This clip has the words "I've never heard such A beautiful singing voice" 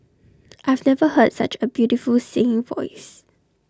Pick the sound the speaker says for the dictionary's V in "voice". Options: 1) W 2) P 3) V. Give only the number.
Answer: 3